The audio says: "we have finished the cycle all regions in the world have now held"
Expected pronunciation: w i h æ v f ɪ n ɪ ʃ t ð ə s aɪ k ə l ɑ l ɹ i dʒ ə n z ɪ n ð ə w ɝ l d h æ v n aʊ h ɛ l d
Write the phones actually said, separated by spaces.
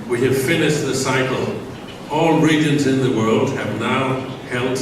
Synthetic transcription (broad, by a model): w i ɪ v f ɪ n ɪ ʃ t ð ə s aɪ k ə l ɑ l ɹ i dʒ ə n z ɪ n ð ə w ɝ l d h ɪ v n aʊ h ɛ l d